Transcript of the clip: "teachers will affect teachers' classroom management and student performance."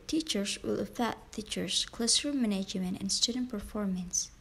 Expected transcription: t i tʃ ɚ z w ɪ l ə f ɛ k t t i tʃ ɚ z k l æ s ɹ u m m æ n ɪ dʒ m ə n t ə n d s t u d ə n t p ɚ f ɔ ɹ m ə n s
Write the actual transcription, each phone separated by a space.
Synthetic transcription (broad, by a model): t i tʃ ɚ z w ɪ l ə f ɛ t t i tʃ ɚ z k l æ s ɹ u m m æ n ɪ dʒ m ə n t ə n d s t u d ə n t p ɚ f ɔ ɹ m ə n s